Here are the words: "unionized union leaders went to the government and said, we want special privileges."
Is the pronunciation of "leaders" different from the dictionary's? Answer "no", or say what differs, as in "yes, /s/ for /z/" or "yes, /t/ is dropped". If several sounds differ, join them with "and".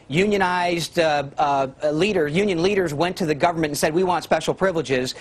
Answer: no